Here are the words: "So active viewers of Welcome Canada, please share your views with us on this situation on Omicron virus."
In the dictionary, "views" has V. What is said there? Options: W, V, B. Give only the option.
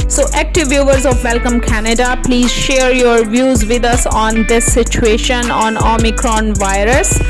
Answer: V